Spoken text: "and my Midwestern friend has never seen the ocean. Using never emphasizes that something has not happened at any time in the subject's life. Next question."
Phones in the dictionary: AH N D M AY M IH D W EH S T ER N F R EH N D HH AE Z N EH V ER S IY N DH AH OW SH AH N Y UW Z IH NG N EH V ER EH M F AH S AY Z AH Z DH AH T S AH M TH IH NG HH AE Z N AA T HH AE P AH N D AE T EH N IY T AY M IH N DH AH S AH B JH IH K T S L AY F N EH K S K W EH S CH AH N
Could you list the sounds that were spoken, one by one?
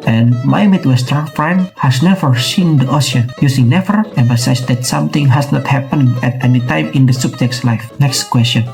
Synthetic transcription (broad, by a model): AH N M AY M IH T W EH S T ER F R EH N D HH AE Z N EH V ER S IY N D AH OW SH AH Y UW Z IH NG N EH V ER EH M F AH S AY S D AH T S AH M T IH NG HH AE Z N AA T HH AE P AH N EH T EH N IY T AY M IH N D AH S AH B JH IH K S L AY F N EH K S K W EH S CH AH N